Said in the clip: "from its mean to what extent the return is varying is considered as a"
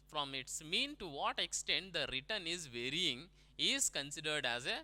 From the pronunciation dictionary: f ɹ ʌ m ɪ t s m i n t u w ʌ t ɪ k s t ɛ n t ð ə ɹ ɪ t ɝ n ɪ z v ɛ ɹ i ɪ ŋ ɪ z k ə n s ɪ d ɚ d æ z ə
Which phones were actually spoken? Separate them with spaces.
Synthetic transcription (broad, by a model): f ɹ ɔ m ɪ t s m i n t u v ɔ t ɪ k s t ɛ n t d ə ɹ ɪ t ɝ n ɪ z v ɛ ɹ i ɪ ŋ ɪ z k ə n s ɪ d ɚ d æ z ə